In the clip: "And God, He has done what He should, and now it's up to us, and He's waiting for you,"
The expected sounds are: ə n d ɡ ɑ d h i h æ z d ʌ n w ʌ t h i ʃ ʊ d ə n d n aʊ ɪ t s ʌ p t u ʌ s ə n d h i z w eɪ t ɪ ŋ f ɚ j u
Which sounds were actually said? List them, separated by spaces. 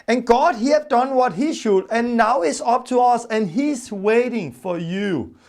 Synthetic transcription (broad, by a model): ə n ɡ ɑ d h i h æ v d ʌ n w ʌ t h i ʃ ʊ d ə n n aʊ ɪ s ʌ p t u ʌ s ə n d h i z w eɪ t ɪ ŋ f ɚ j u